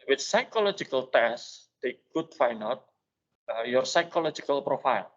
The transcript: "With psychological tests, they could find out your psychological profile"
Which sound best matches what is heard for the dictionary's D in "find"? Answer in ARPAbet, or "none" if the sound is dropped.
none